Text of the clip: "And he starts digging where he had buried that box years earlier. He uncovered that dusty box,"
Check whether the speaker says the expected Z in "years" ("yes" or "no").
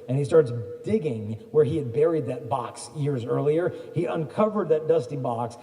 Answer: yes